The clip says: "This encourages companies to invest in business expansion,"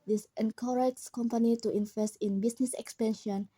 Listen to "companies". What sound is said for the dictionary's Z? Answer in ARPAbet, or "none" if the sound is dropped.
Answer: none